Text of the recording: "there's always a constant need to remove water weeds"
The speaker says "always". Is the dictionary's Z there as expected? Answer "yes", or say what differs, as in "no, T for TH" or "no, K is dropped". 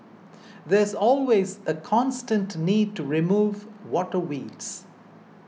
yes